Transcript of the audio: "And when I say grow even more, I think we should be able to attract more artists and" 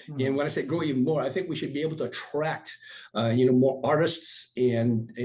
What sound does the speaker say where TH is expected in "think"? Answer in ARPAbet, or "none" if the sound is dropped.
TH